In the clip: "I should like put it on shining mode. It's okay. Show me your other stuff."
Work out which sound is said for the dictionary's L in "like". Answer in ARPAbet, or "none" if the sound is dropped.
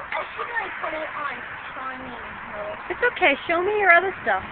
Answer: N